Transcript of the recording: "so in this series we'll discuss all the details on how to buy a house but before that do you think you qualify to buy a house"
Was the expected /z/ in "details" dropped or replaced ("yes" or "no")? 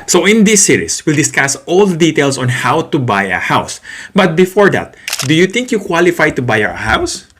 yes